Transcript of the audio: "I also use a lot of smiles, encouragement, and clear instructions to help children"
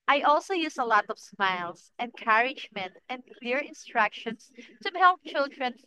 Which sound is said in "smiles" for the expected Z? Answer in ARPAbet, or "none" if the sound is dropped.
S